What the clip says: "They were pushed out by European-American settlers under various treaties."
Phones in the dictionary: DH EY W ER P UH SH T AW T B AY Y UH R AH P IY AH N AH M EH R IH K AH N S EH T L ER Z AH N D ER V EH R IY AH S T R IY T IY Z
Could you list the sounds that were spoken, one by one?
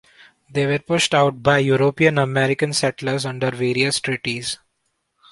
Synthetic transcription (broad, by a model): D EY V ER P UH SH T AW T B AY Y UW R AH P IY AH N AH M EH R IH K AH N S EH T L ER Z AH N D ER V EH R IY AH S T R IY T IY Z